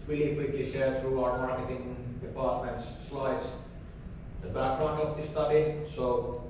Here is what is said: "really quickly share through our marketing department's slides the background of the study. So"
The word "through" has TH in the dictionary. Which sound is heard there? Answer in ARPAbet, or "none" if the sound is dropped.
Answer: T